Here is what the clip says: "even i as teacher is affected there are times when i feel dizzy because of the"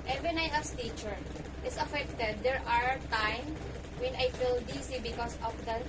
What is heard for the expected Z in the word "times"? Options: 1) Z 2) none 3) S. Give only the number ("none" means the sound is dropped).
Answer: 2